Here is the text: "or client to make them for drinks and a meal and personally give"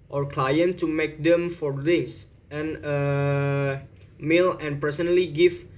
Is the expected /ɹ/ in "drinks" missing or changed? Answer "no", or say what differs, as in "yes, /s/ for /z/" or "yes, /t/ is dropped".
yes, /ɹ/ is dropped